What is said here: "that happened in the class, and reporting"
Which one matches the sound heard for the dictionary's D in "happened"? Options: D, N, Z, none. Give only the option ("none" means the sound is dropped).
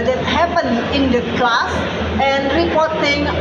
none